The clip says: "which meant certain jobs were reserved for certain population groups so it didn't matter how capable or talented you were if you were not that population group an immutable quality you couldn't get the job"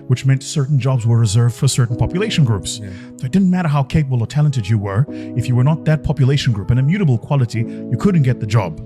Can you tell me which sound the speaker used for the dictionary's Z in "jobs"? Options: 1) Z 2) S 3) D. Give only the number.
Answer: 1